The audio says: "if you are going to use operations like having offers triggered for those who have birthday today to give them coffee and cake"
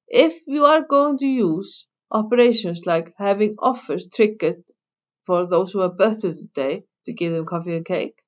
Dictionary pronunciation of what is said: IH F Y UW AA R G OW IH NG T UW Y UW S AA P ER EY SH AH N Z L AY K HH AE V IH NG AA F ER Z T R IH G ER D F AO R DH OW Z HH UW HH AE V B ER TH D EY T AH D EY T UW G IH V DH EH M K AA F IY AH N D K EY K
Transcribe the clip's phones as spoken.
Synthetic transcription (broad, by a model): IH F Y UW AA R G OW IH NG T UW Y UW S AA P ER EY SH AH N S L AY K HH AE V IH NG AA F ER S T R IH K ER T F AO R DH OW S HH UW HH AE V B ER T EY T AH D EY T UW G IH V DH EH M K AA F IY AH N K EY K